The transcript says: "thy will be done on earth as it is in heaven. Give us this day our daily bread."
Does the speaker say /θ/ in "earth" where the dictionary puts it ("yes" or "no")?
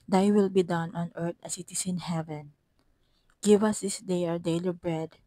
no